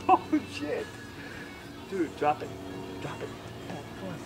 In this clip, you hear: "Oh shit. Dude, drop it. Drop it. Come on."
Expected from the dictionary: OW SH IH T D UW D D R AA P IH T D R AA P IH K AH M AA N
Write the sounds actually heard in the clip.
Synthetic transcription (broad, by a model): OW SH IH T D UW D D R AA P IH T D R AA P IH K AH AA